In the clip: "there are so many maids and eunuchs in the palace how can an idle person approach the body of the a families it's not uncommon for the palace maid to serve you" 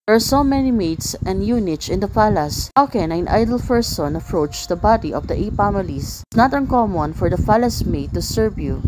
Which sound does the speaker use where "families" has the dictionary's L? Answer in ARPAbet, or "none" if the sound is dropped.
none